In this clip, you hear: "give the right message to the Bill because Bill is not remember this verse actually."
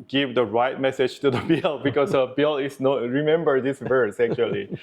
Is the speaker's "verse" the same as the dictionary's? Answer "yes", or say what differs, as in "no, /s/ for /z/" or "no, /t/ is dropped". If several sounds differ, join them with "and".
yes